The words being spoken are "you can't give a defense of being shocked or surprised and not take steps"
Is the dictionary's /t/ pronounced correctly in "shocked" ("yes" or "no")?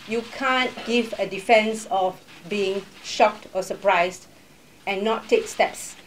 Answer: yes